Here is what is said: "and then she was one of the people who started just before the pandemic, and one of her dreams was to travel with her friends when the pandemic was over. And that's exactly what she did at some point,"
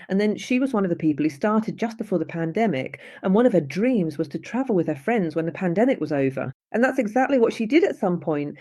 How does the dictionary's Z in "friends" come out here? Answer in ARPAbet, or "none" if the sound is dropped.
Z